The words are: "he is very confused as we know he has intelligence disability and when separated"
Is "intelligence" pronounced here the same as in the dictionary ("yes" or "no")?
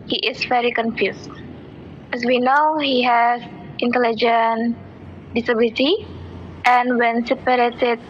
no